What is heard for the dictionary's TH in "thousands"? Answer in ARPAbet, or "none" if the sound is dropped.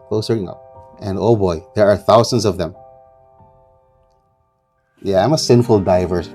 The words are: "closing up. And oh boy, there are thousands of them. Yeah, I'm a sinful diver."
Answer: TH